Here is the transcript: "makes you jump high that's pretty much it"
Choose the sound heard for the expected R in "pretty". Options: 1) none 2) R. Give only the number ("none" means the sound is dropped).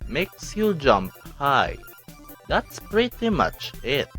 2